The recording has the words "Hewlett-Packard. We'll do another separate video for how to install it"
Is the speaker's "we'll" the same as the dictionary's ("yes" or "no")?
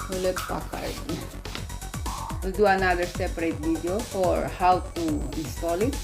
no